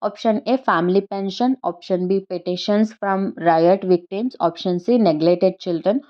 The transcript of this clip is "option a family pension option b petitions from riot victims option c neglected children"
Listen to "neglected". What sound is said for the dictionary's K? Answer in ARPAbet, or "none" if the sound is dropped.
none